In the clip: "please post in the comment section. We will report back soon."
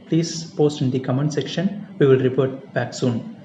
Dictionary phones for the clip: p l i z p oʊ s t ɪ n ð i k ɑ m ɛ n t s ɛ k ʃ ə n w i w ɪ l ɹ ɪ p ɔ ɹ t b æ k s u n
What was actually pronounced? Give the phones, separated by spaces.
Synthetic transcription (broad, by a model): p l i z p oʊ s t ɪ n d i k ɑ m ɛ n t s ɛ k ʃ ə n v i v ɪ l ɹ ɪ p ɔ ɹ t b æ k s u n